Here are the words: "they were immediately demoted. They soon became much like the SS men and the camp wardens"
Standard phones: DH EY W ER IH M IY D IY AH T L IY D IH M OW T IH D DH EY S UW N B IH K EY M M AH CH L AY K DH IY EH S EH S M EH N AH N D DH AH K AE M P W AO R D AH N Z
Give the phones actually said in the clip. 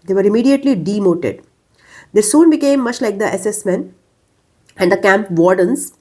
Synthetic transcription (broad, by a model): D EY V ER IH M IY D IY AH T L IY D IH M OW T IH D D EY S UW N B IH K EY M M AH CH L AY K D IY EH S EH S M EH N AH N D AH K AE M P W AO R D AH N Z